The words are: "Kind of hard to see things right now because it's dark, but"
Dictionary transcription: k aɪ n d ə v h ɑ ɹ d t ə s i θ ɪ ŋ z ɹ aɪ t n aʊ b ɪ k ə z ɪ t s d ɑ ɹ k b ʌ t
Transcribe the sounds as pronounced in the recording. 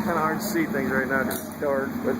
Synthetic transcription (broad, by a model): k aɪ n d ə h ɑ ɹ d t s i θ ɪ ŋ z ɹ aɪ t n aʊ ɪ ə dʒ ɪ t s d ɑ ɹ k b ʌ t